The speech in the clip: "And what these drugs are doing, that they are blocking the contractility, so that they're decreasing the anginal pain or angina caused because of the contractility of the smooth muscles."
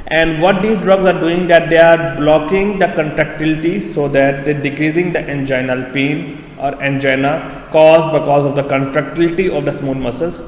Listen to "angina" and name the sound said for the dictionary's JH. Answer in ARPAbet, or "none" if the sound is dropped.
JH